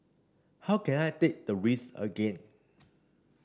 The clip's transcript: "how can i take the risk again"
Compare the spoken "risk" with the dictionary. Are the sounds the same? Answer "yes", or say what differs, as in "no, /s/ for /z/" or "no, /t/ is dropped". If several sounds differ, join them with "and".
no, /k/ is dropped